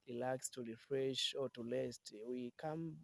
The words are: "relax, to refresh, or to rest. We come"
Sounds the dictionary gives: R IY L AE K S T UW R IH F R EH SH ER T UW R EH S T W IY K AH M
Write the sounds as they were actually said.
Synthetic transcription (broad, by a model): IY L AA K S T UW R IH F R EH SH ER T UW L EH S T W IY K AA M